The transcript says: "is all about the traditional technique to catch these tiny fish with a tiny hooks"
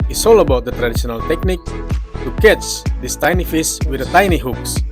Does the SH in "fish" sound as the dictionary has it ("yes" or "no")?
no